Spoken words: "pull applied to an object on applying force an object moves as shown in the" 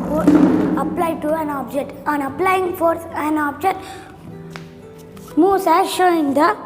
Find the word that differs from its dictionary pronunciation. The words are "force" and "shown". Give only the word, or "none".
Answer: shown